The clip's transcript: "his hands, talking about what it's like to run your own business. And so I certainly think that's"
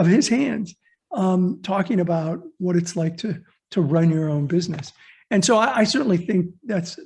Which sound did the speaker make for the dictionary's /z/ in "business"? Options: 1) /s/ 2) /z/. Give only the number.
2